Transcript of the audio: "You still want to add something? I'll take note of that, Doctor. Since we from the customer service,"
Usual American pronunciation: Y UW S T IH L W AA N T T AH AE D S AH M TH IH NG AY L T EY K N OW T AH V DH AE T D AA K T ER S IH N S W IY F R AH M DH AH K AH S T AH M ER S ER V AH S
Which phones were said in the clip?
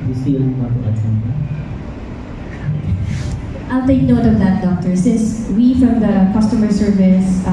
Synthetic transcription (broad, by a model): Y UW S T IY N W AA T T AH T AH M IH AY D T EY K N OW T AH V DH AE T D AA K T ER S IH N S W IY F R AH M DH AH K AH S T AH M ER S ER V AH S